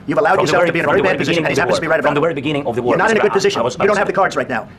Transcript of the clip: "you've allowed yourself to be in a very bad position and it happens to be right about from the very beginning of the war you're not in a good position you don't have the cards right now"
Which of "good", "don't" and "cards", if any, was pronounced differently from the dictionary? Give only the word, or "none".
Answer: none